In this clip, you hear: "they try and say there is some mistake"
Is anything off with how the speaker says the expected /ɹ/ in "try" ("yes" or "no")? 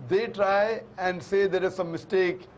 no